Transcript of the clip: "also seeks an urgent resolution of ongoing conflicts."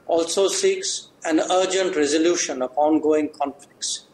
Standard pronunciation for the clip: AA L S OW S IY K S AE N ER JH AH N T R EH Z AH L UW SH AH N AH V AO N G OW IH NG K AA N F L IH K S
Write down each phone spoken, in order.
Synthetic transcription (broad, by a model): AA L S OW S IY K S AE N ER JH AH N T R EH Z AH L UW SH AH N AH P AO N G OW IH NG K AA N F L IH K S